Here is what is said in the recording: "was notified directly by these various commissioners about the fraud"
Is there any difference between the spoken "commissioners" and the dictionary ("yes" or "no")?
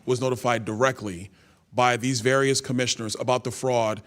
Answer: no